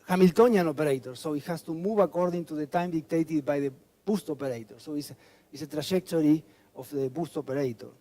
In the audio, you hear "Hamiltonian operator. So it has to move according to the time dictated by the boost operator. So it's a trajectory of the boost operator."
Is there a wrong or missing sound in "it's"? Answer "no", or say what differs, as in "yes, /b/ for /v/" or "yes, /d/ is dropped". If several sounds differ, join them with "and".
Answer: yes, /s/ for /t/